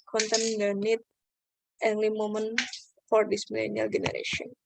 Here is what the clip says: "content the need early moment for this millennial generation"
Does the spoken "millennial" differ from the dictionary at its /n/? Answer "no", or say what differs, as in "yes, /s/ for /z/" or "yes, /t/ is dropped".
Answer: no